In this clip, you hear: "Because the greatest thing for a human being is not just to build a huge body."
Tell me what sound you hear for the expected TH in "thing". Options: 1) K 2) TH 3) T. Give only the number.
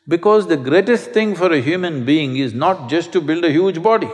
3